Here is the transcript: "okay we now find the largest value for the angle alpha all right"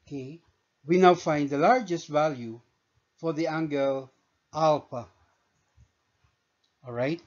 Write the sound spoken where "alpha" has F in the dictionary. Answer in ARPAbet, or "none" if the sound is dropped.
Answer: P